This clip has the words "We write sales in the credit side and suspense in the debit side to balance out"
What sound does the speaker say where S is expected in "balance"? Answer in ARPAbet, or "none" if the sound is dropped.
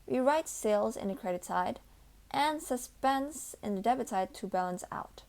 S